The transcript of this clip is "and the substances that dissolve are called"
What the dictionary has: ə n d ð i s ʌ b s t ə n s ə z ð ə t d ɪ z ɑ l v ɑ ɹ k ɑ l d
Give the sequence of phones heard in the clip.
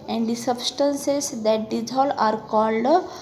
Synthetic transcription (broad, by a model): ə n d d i s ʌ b s t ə n s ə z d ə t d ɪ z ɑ l ɑ ɹ k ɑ l d